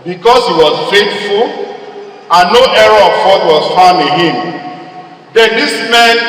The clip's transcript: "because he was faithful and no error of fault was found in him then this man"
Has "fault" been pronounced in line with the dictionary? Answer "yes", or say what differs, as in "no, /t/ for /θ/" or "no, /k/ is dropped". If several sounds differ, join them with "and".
no, /l/ is dropped